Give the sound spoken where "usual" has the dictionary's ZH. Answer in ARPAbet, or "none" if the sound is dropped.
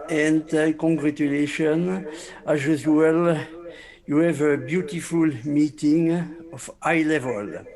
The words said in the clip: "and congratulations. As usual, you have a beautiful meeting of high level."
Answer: Z